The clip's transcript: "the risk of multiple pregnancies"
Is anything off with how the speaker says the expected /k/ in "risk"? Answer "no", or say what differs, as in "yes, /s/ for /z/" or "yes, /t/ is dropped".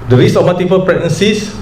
yes, /k/ is dropped